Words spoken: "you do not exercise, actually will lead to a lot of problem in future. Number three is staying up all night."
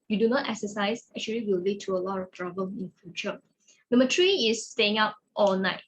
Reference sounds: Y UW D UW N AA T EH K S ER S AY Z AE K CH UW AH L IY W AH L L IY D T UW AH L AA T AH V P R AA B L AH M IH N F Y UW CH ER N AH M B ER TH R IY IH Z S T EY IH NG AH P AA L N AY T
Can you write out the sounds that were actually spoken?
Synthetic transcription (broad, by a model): Y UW D UW N AA T EH K S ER S AY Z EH K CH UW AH L IY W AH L L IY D T UW AH L AA T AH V P R AA B L AH M IH N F Y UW CH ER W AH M ER T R IY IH S T EY IH NG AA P AA L N AY T